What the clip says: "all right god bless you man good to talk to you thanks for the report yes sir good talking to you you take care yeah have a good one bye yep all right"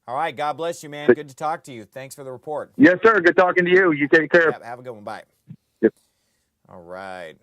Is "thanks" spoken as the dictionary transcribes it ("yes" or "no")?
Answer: yes